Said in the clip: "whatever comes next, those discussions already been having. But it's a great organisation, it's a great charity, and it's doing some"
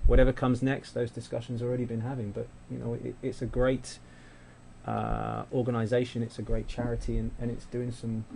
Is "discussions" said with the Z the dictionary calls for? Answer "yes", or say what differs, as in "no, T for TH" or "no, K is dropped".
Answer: yes